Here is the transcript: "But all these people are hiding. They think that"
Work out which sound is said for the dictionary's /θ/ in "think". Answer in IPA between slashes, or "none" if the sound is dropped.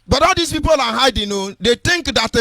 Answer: /t/